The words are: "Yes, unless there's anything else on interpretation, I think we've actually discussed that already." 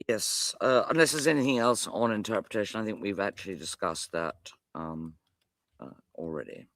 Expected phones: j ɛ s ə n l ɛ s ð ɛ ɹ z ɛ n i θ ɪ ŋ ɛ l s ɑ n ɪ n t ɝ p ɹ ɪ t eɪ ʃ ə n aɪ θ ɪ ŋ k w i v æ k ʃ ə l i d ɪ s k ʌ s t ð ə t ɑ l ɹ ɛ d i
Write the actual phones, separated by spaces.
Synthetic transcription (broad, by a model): j ɛ s ə n l ɛ s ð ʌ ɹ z ɛ n i θ ɪ ŋ ɛ l s n ɪ n t ɝ p ɹ ɪ t eɪ ʃ ə n aɪ θ ɪ ŋ k w i v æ k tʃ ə l i d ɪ s k ʌ s t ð ə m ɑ l ɹ ɛ d i